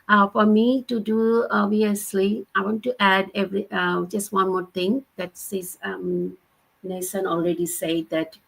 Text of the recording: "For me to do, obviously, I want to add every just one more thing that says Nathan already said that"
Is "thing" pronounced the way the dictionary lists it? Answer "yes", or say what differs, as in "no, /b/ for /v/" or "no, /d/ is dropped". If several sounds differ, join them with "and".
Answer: no, /t/ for /θ/